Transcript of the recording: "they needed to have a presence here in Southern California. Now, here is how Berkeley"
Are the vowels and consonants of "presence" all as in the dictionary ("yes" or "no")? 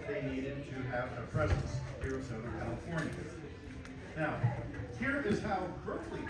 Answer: yes